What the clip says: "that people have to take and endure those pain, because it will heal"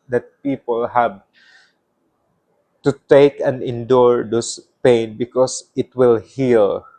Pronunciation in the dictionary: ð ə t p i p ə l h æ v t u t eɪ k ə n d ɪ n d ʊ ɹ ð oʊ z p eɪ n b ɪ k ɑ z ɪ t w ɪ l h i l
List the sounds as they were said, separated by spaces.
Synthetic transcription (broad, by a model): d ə t p i p ə l h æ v t u t eɪ k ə n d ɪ n d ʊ ɹ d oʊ s p eɪ n b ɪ k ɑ s ɪ t w ɪ l h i l